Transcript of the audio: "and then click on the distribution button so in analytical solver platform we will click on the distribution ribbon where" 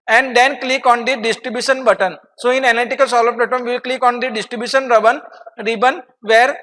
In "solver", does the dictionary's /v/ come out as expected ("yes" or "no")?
no